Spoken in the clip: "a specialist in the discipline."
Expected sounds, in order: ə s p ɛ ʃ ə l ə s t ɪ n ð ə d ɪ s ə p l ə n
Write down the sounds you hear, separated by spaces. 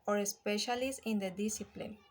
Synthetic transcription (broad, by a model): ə s p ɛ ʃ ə l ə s ɪ n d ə d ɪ s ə p l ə n